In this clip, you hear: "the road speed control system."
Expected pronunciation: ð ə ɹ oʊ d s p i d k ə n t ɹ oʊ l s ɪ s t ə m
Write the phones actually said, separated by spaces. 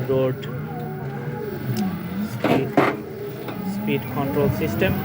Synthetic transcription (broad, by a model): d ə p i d s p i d k ə n t ɹ oʊ l s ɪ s t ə m